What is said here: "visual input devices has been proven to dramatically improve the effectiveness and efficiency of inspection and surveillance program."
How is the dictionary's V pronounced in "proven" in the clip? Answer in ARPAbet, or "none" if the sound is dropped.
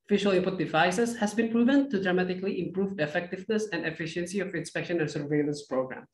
V